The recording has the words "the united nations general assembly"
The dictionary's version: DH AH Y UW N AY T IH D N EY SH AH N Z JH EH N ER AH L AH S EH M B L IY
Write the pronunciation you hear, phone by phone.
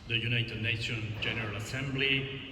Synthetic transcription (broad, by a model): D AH Y UW N AY T IH D N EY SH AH N JH EH N ER AH L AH S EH M B L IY